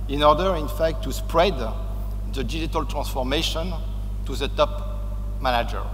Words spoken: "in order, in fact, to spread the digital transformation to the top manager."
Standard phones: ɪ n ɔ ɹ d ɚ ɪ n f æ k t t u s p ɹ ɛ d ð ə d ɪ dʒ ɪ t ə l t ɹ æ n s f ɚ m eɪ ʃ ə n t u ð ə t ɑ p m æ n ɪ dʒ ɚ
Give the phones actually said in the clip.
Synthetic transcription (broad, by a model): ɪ n ɔ ɹ d ɚ ɪ n f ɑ k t t u s p ɹ ɛ d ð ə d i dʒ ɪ t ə l t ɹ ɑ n s f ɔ m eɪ ʃ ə n t u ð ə t ɑ p m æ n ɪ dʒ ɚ